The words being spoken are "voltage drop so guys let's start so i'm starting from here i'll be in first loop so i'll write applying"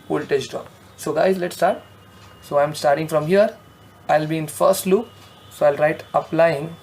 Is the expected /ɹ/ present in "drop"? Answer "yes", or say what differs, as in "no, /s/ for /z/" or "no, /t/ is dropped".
no, /ɹ/ is dropped